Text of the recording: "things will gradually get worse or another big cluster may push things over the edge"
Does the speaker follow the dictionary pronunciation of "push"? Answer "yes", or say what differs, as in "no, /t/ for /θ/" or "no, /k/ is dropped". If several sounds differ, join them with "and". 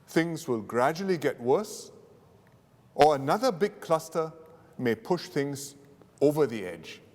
yes